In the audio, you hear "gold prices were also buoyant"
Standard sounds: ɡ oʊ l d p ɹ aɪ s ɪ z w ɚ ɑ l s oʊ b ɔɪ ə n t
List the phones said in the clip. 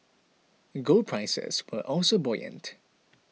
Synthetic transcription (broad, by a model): ɡ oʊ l p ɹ aɪ s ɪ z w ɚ ɑ l s oʊ b ɔɪ ə n t